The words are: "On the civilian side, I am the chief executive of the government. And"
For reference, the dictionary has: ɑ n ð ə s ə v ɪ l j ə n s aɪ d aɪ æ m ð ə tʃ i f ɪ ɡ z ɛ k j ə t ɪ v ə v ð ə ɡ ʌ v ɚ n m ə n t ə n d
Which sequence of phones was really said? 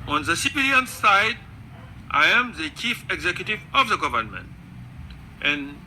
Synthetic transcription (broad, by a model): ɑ n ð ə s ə p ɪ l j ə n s aɪ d aɪ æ m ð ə tʃ i f ɪ ɡ z ɛ k j ə t ɪ v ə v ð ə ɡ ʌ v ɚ n m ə n t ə n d